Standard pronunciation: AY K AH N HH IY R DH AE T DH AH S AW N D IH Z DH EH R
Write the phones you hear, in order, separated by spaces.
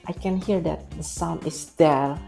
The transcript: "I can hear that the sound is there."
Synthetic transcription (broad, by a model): AY K AH N HH IY R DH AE T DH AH S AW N IH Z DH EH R